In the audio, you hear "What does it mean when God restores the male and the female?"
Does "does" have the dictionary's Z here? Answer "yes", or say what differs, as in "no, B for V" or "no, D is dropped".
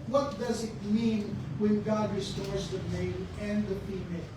yes